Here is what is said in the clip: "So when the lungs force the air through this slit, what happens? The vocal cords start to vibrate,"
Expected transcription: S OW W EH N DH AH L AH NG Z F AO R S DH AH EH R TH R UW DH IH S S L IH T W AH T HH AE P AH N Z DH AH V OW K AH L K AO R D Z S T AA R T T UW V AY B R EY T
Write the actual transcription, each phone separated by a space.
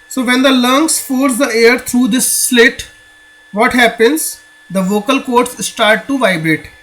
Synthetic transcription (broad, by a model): S OW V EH N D AH L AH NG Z F AO R S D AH EH R T R UW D IH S S L IH T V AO T HH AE P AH N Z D AH V OW K AH L K AO R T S S T AA R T T UW V AY B R EY T